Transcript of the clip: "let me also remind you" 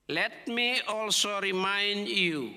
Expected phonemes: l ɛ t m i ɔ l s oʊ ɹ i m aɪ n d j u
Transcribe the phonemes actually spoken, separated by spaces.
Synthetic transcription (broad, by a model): l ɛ t m i ɔ l s oʊ ɹ i m aɪ n d j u